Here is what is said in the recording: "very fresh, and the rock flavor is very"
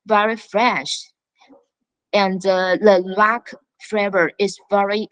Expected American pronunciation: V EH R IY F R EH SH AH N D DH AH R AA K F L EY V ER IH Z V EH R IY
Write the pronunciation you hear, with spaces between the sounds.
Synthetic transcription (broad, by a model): V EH R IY F R EH SH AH N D DH AH L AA K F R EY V ER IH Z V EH R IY